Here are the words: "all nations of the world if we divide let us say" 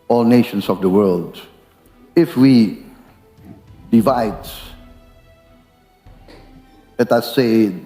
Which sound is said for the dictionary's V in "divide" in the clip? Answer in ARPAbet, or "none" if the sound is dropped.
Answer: V